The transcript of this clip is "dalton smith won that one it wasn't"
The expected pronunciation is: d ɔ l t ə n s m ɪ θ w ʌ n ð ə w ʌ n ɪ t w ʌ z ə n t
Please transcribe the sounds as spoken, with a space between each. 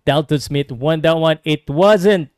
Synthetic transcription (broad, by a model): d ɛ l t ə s m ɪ t w ʌ n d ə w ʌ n ɪ t w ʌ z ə n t